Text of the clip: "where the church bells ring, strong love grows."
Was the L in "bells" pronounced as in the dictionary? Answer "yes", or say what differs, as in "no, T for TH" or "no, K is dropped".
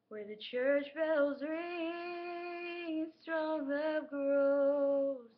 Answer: yes